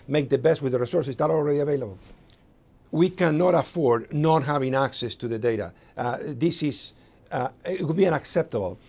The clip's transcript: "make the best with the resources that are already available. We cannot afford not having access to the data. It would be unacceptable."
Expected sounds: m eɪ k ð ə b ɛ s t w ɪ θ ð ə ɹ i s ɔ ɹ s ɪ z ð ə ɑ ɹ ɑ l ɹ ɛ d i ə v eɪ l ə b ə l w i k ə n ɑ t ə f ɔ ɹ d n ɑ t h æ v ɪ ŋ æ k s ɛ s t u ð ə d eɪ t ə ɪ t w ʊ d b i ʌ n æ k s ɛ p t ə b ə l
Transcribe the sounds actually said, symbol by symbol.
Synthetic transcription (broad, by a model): m eɪ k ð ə b ɛ s t w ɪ ð ə ɹ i s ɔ ɹ s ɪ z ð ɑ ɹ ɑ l ɹ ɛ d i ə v eɪ l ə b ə l w i k ə n ɑ t ə f ɔ ɹ d n ɑ t h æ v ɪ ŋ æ k s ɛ s t u ð ə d eɪ t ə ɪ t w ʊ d b i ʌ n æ k s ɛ p t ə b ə l